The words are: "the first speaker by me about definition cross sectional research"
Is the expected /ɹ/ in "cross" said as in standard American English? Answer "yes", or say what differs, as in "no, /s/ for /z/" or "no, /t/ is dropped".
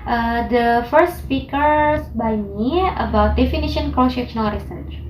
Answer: no, /ɹ/ is dropped